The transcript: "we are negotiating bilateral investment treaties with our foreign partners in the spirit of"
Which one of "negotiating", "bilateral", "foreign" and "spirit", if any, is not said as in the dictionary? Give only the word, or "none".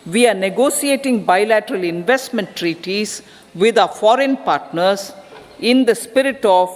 negotiating